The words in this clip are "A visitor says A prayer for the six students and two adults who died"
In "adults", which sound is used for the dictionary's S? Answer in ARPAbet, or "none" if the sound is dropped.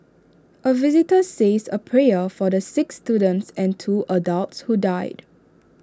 S